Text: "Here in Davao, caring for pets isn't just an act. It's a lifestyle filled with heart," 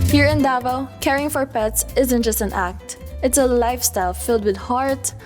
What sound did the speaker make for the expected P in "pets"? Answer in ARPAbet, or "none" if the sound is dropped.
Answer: P